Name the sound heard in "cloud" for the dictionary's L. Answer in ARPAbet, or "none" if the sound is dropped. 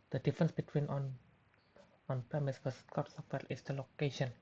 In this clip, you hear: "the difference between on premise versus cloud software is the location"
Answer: none